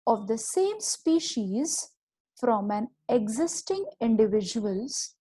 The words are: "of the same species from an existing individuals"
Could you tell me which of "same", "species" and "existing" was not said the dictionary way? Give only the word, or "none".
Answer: none